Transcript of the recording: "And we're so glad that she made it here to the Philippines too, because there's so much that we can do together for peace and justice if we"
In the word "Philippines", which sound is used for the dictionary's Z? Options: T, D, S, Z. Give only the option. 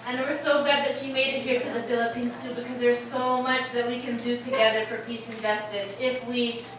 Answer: S